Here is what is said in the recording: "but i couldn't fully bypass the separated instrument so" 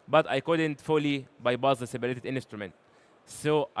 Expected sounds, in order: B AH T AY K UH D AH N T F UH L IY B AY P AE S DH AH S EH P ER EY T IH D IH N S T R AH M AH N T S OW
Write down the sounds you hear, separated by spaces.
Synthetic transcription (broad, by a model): B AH T AY K UH D AH N T F UH L IY B AY B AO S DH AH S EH B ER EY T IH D IH N S T R AH M AH N T S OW